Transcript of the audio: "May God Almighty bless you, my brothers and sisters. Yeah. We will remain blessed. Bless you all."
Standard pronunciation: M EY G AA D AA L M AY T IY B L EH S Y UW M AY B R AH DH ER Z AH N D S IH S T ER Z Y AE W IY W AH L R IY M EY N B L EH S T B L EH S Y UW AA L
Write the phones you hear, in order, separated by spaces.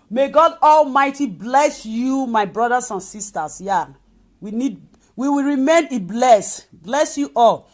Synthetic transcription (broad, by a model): M EY G AA D AA L M AY T IY B L EH S Y UW M AY B R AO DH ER S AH N S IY S T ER S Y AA W IY W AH W R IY M EY N B L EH S B L EH S Y UW AA L